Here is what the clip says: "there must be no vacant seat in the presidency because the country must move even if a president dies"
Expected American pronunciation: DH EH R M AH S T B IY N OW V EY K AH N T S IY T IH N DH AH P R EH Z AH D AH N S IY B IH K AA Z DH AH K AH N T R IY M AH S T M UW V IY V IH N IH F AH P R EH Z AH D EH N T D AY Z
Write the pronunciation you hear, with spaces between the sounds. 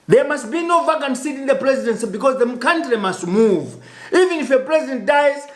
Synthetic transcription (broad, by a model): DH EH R M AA S T B IY N OW V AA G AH N S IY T IH N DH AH P R EH Z AH D AH N S IY B IH K AA Z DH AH K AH N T R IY M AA S T M UW V IY V IH N IH F AH P R EH Z AH D EH N T D AY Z